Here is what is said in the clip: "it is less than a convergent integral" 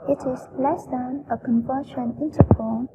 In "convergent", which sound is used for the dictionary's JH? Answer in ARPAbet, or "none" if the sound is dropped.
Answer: SH